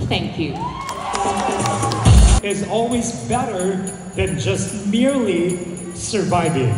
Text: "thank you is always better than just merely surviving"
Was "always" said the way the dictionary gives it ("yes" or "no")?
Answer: yes